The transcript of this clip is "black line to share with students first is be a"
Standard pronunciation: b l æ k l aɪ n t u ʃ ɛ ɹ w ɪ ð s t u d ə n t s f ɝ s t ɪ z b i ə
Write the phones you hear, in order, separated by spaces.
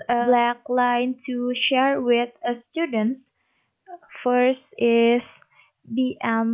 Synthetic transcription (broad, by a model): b l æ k l aɪ n t u ʃ ɛ ɹ w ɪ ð s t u d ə n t s f ɝ s t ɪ s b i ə